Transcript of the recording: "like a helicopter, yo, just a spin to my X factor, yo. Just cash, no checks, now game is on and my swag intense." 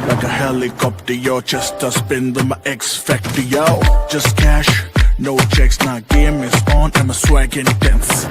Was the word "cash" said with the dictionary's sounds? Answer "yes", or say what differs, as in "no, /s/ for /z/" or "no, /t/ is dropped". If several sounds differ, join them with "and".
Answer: yes